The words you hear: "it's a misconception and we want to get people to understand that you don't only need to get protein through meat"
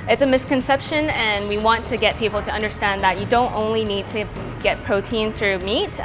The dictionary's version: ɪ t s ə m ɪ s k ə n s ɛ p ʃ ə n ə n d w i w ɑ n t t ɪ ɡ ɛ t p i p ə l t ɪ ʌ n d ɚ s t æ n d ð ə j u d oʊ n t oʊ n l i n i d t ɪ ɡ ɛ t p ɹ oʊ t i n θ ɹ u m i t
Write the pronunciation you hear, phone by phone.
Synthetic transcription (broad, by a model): ɪ t s ə m ɪ s k ə n s ɛ p ʃ ə n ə n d w i w ɑ n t t ɪ ɡ ɛ t p i p l t ɪ ʌ n d ɚ s t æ n ð ə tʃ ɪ d oʊ n t oʊ n l i n i d t ɪ ɡ ɛ t p ɹ oʊ t i n θ ɹ u m i t